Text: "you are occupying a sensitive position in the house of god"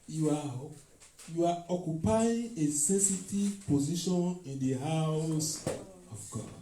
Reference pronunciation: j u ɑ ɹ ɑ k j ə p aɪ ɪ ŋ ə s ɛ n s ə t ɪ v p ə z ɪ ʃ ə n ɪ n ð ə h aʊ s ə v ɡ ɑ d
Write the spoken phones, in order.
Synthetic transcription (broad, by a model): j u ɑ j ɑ k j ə p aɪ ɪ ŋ ə s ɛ s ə t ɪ p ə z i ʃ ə n ɪ n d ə h aʊ s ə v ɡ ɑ